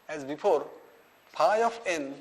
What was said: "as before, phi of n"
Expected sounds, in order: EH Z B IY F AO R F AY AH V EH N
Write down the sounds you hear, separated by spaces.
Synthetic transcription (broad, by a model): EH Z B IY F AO R P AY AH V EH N